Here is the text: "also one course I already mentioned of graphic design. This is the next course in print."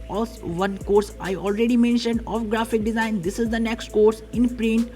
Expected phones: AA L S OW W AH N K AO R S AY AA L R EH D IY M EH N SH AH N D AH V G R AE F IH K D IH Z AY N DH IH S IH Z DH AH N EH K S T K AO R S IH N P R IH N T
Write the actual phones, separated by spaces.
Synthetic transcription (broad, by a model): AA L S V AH N K AO R S AY AA L R EH D IY M EH N SH AH N D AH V G R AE F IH K D IH Z AY N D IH S IH Z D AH N EH K S T K AO R S IH N P R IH N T